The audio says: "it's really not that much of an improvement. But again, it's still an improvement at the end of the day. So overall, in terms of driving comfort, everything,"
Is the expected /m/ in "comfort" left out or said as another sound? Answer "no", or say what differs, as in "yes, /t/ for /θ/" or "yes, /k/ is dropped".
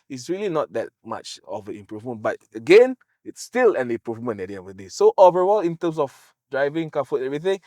yes, /m/ is dropped